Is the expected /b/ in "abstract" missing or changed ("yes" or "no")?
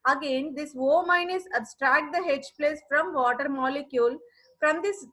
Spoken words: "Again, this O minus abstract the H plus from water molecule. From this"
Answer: no